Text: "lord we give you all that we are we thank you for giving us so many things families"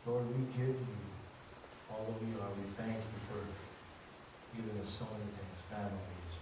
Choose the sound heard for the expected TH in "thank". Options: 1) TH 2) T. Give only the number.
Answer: 1